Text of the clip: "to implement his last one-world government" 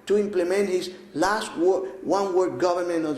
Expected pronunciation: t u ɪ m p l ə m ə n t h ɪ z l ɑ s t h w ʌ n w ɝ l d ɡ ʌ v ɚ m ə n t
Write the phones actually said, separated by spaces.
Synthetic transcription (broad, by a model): t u ɪ m p l ə m ə n t h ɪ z l ɑ s t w w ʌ n w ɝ d ɡ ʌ v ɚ m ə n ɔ